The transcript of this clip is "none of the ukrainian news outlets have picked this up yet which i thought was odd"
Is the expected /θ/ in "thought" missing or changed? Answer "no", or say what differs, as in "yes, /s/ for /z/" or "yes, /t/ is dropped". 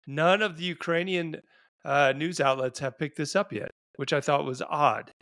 no